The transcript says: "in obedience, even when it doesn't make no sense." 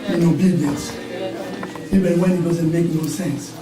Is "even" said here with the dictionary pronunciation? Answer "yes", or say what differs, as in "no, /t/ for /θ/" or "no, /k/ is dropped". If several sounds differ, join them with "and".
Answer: no, /b/ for /v/